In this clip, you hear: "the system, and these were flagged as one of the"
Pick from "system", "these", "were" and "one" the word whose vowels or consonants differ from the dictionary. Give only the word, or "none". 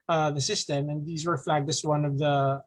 none